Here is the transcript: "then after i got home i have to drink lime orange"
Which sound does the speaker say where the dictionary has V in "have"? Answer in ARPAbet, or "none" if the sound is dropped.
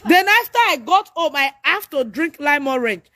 F